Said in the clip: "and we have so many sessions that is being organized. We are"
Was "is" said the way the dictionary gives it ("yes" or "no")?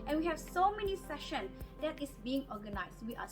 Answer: no